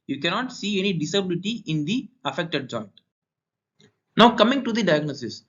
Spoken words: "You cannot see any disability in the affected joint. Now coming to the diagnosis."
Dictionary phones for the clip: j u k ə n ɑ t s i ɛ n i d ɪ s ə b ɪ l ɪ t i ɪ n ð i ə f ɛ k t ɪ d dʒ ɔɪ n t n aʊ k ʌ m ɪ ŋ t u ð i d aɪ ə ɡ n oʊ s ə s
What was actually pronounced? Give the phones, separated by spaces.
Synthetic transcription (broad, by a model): j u k ə n ɑ t s i ɛ n i d ɪ s ə b ɪ l ɪ t i ɪ n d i ə f ɛ k t ɪ d dʒ ɔɪ n t n aʊ k ʌ m ɪ ŋ t u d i d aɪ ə ɡ n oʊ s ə s